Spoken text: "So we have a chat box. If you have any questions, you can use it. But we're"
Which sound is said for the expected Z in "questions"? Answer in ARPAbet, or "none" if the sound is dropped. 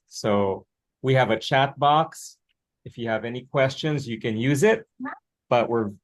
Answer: Z